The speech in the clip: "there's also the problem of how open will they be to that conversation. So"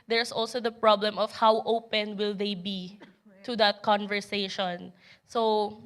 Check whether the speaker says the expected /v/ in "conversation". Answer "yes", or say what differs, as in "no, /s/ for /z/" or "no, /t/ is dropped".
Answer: yes